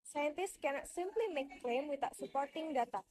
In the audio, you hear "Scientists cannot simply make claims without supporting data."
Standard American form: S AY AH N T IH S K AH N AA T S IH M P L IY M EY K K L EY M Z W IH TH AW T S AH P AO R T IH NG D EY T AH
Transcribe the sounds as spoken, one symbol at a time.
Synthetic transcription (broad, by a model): S AY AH N T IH S K AH N AA T S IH M P L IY M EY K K L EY M W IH T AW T S AH P AO R T IH NG D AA T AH